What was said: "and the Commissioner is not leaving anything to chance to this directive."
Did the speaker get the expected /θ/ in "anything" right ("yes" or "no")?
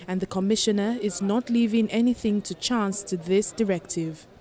yes